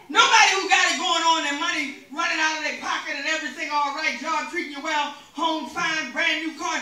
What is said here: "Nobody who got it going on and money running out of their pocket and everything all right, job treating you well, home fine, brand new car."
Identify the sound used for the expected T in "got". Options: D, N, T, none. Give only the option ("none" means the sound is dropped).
none